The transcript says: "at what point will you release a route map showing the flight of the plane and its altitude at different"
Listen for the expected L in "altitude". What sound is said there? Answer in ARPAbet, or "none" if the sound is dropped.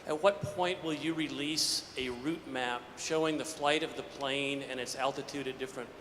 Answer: L